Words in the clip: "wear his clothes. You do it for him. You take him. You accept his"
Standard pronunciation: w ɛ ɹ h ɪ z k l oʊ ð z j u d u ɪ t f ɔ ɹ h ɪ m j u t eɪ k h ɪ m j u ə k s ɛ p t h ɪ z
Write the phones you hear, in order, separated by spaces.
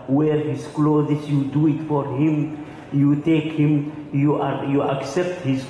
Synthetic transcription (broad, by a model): w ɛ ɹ h ɪ z k l oʊ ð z j u d u ɪ t f ɔ ɹ h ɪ m j u t eɪ k h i m j u ə k s ɛ p t h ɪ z